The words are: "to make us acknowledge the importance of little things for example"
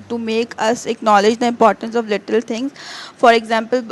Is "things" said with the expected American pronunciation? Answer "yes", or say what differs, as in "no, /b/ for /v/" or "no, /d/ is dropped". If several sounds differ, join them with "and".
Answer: no, /t/ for /θ/